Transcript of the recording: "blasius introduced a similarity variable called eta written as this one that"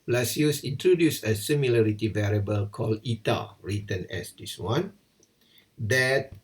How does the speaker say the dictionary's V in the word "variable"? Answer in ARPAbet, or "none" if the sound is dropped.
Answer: V